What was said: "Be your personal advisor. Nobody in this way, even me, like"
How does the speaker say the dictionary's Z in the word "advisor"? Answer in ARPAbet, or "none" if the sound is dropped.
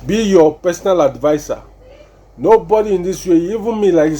S